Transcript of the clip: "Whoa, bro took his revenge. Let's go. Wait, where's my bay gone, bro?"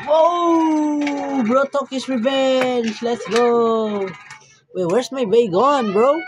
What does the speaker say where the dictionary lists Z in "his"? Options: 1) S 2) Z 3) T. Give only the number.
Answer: 1